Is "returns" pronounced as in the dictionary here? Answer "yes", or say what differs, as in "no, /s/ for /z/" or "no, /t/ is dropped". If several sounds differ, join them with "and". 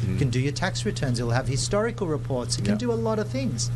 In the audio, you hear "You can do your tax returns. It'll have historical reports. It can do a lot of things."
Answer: yes